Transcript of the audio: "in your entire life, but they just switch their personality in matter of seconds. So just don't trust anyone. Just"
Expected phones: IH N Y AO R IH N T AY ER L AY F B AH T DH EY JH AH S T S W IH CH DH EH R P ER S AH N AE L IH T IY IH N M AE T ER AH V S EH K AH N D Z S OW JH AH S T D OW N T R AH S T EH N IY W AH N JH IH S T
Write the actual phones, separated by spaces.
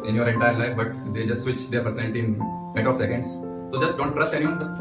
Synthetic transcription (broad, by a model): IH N Y AO R IH N T AY ER L AY F B AH T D EY JH AH S T S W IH CH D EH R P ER S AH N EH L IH T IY IH N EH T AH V S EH K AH N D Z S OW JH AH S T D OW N T R AH S T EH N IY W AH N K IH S